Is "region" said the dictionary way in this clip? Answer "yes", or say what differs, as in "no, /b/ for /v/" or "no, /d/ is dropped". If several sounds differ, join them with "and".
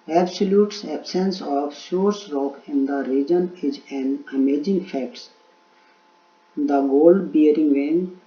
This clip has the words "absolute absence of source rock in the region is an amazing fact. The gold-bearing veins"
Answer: yes